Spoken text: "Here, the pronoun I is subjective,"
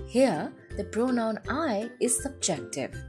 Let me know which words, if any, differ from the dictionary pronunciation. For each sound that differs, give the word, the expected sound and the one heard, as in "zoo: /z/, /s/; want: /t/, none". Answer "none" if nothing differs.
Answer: pronoun: /p/, /b/